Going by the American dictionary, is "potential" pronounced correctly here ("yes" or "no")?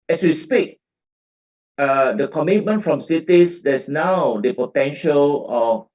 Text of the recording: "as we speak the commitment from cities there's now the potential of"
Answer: yes